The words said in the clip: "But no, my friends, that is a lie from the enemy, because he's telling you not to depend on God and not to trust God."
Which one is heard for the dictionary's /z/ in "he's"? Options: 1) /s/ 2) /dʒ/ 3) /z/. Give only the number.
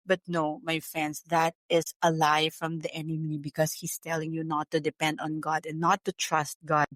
1